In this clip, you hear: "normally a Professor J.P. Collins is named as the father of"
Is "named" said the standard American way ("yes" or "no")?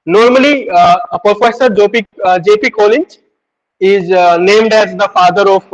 yes